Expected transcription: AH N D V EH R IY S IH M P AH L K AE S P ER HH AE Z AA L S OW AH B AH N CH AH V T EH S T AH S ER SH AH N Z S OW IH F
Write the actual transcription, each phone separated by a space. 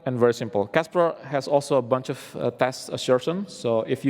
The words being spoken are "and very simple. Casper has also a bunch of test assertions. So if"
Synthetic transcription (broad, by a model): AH N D V EH R IY S IH M P AH L K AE S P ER HH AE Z AA L S OW AH B AH N CH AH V T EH S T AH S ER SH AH N S OW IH F